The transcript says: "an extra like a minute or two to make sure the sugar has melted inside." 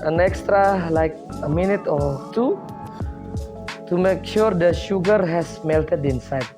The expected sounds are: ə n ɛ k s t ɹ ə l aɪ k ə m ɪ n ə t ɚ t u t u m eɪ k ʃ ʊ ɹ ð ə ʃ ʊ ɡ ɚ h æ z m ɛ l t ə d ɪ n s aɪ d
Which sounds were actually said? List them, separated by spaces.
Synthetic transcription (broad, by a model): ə n ɛ k s t ɹ ə l aɪ k ə m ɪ n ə t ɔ t u t u m eɪ k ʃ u ɹ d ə ʃ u ɡ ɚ h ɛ s m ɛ l t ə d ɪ n s aɪ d